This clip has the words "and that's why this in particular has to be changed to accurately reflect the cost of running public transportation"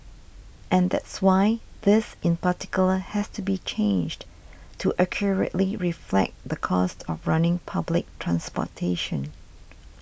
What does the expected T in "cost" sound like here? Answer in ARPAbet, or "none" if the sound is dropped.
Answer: T